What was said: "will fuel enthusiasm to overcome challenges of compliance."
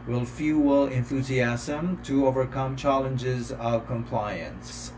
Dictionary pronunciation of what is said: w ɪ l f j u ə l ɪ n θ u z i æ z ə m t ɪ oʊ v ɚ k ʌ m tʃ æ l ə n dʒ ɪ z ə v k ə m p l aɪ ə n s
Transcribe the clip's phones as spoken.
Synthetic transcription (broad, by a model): w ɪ l f j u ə l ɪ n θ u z i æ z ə m t ɪ oʊ v ɚ k ʌ m tʃ æ l ə n dʒ ɪ z ə v k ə m p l aɪ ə n s